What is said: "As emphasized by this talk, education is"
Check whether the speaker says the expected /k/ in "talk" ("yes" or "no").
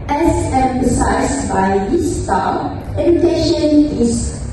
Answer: no